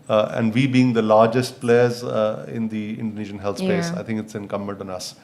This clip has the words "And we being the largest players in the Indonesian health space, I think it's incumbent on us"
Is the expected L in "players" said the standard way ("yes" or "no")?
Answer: yes